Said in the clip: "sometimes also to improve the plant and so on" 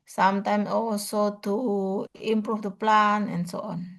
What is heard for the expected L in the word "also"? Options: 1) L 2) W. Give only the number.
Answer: 2